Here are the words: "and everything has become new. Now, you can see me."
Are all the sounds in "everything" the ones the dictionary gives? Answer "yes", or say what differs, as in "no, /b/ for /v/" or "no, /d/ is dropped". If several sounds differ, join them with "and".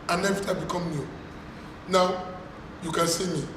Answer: no, /ɹ/ is dropped and /t/ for /θ/